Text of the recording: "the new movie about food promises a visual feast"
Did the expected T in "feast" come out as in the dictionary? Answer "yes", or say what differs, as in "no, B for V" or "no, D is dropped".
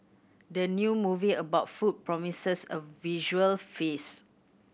no, T is dropped